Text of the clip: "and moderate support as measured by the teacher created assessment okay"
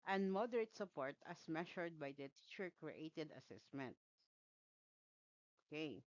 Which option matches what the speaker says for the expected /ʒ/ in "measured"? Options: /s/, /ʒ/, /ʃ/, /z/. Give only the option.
/ʃ/